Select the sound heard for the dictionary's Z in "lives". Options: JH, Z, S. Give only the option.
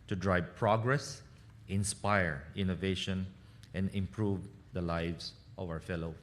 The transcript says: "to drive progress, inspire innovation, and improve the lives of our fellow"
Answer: S